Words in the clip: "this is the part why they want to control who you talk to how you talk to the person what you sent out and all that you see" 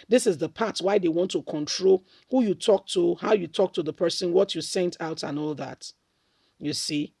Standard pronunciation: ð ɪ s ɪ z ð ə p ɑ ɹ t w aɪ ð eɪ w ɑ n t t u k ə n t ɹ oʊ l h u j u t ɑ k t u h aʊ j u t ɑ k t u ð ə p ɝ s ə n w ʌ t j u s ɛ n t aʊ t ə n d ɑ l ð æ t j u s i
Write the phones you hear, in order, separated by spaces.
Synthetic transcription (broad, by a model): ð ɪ s ɪ z ð ə p ɑ t w aɪ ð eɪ w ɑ n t t u k ə n t ɹ oʊ l h u j u t ɑ k t u h aʊ j u t ɑ k t u ð ə p ɝ s ə n w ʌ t j u s ɛ n t aʊ t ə n ɑ l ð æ t j u s i